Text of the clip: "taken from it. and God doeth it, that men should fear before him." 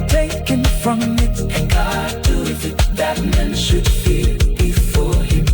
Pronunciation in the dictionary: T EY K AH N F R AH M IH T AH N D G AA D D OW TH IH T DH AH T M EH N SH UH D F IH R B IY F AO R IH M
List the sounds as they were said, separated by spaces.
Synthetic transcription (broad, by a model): T EY K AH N F R AH M IH T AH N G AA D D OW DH IH T DH AH T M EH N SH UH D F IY L B IY F AO R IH M